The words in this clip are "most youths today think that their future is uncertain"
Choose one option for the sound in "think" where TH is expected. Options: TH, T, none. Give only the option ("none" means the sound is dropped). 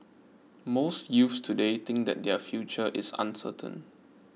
T